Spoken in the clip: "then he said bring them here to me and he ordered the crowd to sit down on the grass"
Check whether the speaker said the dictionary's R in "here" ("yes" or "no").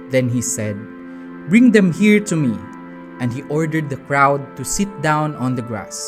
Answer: yes